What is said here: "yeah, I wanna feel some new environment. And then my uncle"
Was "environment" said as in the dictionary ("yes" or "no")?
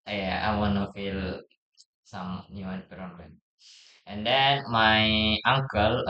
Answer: no